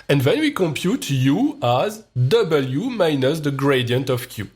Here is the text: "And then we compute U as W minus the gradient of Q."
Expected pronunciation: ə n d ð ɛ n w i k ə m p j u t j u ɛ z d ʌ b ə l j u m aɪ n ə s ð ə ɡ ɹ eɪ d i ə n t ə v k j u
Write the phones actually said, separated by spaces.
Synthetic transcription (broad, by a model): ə n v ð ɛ n w i k ə m p j u t j u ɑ z d ʌ b ə l j u m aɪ n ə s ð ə ɡ ɹ eɪ d i ə n t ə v k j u